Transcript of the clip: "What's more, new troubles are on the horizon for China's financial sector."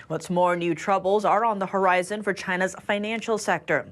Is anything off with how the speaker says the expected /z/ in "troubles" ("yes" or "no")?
no